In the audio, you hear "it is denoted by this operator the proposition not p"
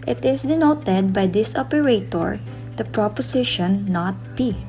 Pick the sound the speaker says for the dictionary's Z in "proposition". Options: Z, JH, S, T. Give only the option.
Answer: S